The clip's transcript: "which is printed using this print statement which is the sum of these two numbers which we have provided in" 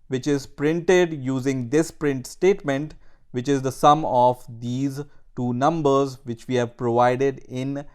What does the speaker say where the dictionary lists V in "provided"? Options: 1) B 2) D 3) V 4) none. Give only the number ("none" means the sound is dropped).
3